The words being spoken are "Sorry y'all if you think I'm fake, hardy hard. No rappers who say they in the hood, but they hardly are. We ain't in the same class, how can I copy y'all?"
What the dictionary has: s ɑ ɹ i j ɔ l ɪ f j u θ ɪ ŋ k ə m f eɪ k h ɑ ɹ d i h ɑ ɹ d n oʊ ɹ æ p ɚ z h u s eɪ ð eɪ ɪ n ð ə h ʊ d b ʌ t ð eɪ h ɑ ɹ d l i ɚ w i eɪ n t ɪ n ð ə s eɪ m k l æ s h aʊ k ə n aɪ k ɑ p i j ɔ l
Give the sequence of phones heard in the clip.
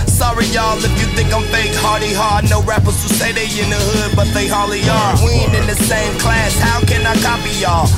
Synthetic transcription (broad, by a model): s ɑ ɹ i j ɔ l ɪ f j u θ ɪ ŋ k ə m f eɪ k h ɑ ɹ d i h ɑ ɹ d n oʊ ɹ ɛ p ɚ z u s eɪ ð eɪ ɪ n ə h ʊ d b ʌ t ð eɪ h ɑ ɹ l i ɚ w i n ɪ n ð ə s eɪ m k l æ s h aʊ k ə n aɪ k ɑ p i j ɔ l